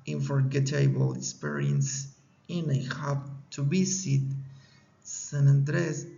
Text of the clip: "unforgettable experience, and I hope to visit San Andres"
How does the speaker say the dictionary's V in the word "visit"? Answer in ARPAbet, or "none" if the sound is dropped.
B